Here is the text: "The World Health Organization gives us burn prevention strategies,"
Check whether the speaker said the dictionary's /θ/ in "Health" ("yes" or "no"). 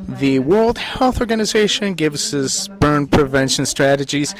yes